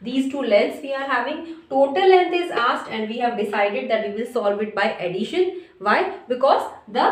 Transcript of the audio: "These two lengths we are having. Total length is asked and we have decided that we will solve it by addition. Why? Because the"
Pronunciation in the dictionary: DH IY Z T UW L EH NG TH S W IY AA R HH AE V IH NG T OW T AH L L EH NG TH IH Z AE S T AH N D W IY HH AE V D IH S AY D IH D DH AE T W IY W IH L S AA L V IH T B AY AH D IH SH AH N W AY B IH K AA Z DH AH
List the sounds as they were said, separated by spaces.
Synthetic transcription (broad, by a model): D IY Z T UW L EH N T S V IY AA R HH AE V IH NG T OW T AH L L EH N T IH Z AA S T AH N D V IY HH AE V D IH S AY D IH D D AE T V IY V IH L S AA L V IH T B AY AH D IH SH AH N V AY B IH K AA Z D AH